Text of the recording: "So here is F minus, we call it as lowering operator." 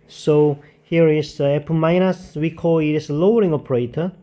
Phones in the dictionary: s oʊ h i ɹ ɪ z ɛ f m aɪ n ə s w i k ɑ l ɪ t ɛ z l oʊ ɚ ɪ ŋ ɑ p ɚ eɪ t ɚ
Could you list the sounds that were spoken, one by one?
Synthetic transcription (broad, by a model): s oʊ h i ɹ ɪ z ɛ p m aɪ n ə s w i k ɑ l ɪ t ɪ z l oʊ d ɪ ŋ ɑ p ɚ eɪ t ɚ